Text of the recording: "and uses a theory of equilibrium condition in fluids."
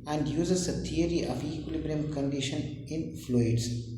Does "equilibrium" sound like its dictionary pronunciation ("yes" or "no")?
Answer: yes